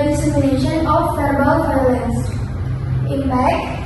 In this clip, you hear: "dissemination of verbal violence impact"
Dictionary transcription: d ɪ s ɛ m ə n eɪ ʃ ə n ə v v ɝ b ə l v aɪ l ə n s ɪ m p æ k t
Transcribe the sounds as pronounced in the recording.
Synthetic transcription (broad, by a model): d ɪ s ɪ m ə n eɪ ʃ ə n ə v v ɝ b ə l f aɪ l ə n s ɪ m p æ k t